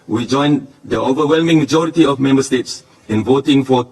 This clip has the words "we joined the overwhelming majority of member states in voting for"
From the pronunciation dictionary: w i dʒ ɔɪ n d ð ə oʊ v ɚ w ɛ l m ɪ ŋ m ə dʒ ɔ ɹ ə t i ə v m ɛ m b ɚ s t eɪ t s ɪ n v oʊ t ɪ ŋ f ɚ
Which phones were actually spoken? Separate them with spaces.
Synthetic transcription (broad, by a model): w i dʒ ɔɪ n d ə oʊ v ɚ w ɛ l m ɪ ŋ m ə dʒ ɔ ɹ ə t i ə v m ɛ m b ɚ s t eɪ t s ɪ n v oʊ t ɪ ŋ f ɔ